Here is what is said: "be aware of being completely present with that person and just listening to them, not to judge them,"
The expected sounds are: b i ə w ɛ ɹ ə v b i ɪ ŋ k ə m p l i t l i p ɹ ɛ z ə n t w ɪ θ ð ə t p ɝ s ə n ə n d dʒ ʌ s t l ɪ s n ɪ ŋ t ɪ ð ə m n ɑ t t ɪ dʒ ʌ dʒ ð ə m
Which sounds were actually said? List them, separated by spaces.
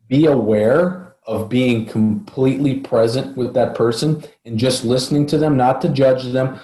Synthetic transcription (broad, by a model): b i ə w ɛ ɹ ə v b i ɪ ŋ k ə m p l i t l i p ɹ ɛ z ə n t w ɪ ð ə t p ɝ s ə n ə n dʒ ʌ s t l ɪ s n ɪ ŋ t ɪ ð ə m n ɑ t t ɪ dʒ ʌ dʒ ð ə m